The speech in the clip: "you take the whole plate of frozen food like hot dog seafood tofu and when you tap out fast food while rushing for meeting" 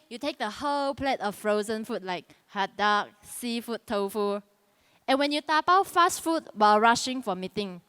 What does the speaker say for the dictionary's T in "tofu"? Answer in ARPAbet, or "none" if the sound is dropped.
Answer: T